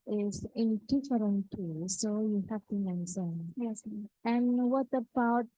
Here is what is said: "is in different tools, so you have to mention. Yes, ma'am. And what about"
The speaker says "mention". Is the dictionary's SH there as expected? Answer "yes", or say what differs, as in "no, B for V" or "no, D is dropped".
no, S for SH